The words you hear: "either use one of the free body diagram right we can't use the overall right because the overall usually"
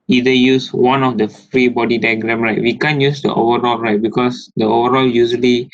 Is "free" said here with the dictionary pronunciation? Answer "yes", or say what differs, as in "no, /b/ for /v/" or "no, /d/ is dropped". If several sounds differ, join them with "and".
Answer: yes